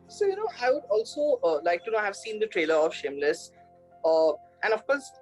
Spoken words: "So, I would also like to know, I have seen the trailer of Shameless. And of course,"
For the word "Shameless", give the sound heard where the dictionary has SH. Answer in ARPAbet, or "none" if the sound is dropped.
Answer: SH